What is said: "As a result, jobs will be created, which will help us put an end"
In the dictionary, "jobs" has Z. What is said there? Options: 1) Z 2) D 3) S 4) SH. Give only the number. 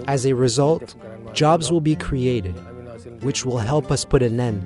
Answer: 1